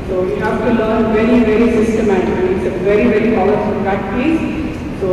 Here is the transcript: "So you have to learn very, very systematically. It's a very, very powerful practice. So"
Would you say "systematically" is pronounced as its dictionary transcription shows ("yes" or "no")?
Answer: no